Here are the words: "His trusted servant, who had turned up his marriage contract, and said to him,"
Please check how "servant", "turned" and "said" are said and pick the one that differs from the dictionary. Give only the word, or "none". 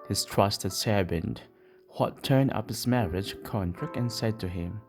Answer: servant